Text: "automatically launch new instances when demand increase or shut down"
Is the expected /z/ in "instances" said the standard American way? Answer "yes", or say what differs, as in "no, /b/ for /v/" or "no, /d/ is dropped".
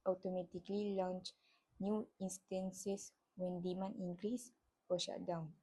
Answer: no, /s/ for /z/